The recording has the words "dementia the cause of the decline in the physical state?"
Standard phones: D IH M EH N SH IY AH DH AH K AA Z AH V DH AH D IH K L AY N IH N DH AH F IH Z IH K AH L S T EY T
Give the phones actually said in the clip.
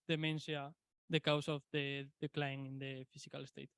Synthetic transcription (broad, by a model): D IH M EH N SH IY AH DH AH K AA S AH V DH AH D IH K L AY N IH N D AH F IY S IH K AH L S T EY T